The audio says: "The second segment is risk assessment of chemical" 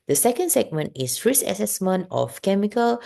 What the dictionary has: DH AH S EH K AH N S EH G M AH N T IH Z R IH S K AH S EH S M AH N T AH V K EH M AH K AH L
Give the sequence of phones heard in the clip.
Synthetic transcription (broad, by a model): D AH S EH K AH N S EH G M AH N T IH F R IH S AH S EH S M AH N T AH F K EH M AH K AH L